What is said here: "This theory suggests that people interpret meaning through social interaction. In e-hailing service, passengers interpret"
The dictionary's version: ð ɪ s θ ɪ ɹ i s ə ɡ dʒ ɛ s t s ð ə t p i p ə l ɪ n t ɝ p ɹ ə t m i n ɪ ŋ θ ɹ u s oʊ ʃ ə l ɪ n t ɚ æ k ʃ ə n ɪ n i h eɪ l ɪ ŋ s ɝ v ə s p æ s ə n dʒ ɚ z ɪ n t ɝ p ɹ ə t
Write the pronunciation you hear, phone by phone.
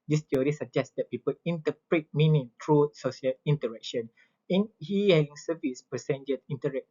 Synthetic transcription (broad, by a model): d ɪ s t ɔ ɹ i s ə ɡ dʒ ɛ s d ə t p i p ə l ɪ n t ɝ p ɹ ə t m i n ɪ ŋ t ɹ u s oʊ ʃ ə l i n t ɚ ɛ k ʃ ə n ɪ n i h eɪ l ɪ ŋ s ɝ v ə s p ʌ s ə n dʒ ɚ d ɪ n t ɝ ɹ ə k